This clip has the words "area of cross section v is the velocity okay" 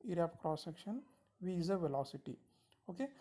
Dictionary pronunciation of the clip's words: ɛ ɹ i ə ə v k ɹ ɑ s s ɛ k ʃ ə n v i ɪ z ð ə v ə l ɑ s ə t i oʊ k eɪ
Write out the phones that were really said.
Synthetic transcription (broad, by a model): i ɹ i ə p k ɹ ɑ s s ɛ k ʃ ə n v i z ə v ə l ɑ s ə t i oʊ k eɪ